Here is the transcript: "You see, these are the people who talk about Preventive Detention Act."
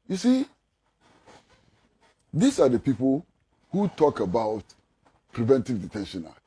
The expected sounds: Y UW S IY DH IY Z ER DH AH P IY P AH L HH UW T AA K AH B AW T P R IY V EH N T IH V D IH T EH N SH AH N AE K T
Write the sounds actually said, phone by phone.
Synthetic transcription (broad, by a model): Y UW S IY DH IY S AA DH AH P IY P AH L HH UW T AA K AH B AW T P R IY V EH N T IH V D IH T EH N SH AH N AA